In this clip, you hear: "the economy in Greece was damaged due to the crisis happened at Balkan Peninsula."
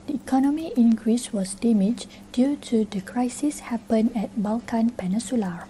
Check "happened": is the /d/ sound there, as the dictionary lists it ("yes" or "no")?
no